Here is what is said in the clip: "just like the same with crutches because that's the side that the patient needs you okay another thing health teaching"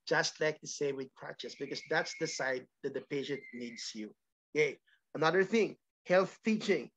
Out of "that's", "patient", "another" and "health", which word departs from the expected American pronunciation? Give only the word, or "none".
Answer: none